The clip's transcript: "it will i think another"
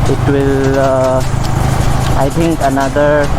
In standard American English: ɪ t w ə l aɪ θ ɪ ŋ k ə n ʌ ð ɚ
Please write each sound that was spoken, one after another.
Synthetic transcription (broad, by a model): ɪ t w ə l aɪ t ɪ ŋ k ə n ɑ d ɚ